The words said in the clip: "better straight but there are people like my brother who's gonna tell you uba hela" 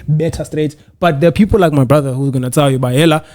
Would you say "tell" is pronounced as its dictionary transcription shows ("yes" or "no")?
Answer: no